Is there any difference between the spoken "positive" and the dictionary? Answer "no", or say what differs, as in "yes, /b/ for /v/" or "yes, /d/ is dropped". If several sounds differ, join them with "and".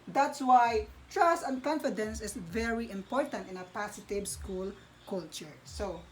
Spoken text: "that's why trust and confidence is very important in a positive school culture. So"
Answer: yes, /s/ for /z/